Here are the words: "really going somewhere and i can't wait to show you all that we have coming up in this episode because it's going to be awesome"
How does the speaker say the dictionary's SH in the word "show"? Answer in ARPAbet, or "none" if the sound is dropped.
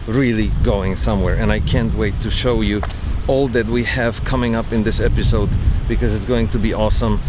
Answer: SH